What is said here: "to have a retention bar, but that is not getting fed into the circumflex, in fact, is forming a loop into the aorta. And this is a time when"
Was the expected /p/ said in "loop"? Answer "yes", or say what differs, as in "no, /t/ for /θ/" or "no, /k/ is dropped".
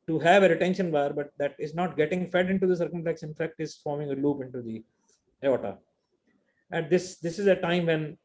yes